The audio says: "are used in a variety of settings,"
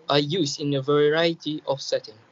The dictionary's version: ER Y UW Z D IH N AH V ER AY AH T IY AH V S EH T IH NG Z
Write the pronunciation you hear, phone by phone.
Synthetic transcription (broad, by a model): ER Y UW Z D IH N AH V ER AY AH T IY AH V S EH T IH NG